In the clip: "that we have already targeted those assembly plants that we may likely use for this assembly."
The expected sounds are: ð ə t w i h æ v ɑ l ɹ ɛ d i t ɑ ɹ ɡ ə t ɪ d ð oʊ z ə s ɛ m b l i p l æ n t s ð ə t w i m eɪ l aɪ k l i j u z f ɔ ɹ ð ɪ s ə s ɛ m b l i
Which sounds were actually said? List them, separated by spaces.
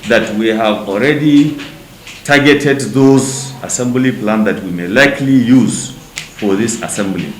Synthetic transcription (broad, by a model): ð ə t w i h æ v ɑ l ɹ ɛ d i t ɑ ɹ ɡ ə t ɪ d ð oʊ z ə s ɛ m b l i p l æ n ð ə t w i m eɪ l aɪ k l i j u z f ɔ ɹ ð ɪ s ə s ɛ m b l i